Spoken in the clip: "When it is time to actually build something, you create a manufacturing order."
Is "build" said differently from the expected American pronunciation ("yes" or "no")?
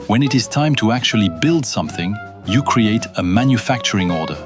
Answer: no